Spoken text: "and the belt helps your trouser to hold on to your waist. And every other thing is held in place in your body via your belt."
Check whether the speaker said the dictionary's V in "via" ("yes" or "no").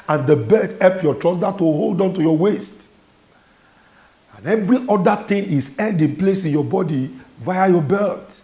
yes